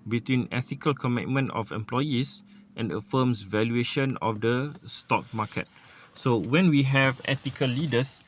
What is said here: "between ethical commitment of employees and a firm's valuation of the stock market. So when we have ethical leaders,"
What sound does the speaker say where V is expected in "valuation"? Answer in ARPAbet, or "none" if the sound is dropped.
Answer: V